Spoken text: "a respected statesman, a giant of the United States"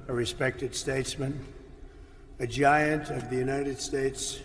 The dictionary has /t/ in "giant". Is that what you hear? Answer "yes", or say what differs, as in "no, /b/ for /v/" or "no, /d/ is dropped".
yes